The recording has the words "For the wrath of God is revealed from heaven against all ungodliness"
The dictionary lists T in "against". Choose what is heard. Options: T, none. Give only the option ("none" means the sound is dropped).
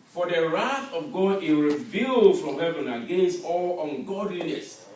none